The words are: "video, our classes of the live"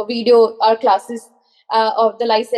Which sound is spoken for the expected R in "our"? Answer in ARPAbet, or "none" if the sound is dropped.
R